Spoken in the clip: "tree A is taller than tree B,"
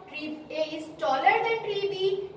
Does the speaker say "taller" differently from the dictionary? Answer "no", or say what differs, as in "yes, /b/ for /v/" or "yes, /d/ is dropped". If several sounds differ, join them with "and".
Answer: no